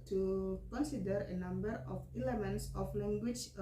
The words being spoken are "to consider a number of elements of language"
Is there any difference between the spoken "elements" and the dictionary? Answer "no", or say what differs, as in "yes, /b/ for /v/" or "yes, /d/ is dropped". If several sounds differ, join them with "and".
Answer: no